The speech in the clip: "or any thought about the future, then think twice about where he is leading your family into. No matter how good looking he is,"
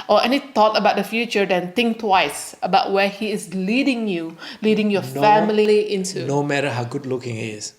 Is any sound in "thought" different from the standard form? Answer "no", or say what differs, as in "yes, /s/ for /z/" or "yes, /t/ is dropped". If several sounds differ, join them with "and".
yes, /t/ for /θ/